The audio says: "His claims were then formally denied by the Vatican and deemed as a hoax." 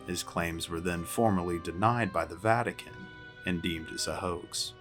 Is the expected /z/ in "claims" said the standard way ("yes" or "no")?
yes